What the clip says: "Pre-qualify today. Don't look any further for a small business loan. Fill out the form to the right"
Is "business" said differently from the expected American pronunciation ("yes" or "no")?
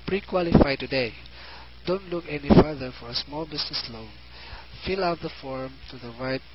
yes